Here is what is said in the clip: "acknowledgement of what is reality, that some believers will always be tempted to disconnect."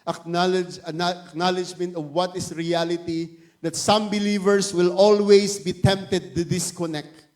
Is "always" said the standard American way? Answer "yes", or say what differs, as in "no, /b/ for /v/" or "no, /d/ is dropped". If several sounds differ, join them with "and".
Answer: no, /s/ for /z/